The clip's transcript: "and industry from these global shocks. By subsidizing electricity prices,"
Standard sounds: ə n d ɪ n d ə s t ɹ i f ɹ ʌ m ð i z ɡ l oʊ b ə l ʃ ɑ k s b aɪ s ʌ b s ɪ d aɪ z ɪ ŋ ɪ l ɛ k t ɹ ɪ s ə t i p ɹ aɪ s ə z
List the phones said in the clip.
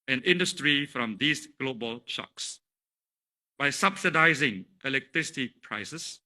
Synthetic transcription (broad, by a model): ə n ɪ n d ə s t ɹ i f ɹ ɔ m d i s ɡ l oʊ b ə l ʃ ɑ k s b aɪ s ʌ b s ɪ d aɪ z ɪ ŋ ɪ l ɛ k t ɹ ɪ s ə t i p ɹ aɪ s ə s